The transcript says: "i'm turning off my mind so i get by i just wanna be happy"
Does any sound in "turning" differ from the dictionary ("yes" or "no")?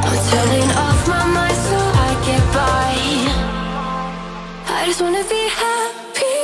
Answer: yes